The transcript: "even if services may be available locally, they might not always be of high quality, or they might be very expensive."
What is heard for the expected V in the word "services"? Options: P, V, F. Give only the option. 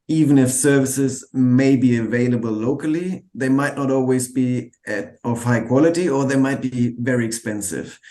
V